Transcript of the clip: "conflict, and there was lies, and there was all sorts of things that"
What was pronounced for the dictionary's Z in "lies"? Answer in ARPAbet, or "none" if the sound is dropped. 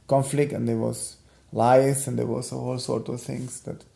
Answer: S